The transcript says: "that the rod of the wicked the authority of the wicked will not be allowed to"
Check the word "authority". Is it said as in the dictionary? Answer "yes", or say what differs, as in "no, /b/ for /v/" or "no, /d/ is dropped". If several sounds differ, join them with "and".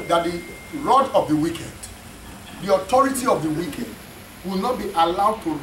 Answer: no, /t/ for /θ/